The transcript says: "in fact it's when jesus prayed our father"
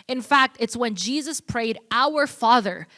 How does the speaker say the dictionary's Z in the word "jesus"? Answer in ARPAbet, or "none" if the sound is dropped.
Z